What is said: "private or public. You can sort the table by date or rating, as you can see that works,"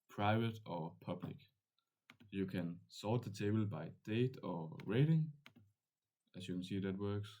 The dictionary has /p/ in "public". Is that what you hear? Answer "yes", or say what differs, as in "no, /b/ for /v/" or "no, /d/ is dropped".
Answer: yes